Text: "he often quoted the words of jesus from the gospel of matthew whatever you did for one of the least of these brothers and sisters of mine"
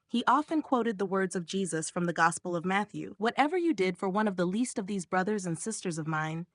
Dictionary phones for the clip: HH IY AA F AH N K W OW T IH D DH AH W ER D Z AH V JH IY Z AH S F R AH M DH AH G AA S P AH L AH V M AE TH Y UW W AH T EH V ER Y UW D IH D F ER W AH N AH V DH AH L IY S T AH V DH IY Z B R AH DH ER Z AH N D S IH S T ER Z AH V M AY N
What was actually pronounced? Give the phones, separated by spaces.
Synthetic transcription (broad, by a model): HH IY AA F AH N K W OW T IH D DH AH W ER D Z AH V JH IY Z AH S F R AH M DH AH G AA S P L AH V M AE TH Y UW W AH T EH V ER Y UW D IH D F ER W AH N AH V DH AH L IY S T AH V DH IY Z B R AH DH ER Z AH N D S IH S T ER Z AH V M AY N